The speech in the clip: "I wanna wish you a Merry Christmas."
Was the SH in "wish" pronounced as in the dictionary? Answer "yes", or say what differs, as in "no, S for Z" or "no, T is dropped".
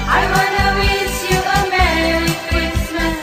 no, S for SH